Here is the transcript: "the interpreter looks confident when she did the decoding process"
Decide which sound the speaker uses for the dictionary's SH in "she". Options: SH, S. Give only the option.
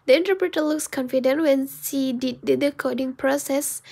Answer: S